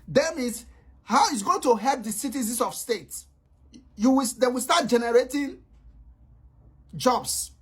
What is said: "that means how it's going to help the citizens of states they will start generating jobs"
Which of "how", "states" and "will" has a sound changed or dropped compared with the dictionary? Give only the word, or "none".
will